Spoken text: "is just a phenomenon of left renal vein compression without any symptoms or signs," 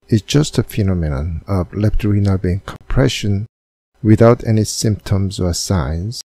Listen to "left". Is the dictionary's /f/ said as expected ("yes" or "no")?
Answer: no